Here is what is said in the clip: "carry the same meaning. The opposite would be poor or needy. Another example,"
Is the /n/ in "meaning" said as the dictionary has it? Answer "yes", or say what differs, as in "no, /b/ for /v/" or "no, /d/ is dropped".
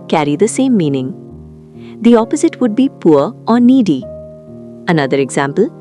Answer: yes